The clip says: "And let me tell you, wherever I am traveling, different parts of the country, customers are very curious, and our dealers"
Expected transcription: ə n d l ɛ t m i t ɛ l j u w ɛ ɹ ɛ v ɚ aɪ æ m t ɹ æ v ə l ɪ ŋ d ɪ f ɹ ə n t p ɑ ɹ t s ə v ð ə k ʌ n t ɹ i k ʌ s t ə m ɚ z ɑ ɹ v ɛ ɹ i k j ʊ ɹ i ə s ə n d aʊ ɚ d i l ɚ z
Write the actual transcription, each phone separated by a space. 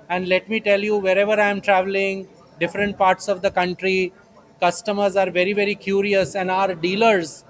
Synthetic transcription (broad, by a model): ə n d l ɛ t m i t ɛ l j u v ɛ ɹ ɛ v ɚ aɪ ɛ m t ɹ æ v ə l ɪ ŋ d ɪ f ɹ ə n t p ɑ ɹ t s ə v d ə k ʌ n t ɹ i k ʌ s t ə m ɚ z ɑ ɹ v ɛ ɹ i k j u ɹ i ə s ə n d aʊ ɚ d i l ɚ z